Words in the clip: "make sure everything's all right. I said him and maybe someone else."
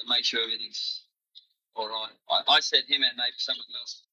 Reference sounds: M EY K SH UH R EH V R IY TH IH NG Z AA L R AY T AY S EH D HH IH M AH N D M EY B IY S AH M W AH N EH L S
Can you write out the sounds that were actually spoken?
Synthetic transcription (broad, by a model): M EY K SH UH R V IY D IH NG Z AA L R AY T AY S EH D HH IH M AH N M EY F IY S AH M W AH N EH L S